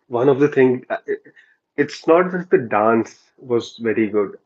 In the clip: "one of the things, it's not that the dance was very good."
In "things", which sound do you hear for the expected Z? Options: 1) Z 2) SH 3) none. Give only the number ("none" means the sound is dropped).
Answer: 3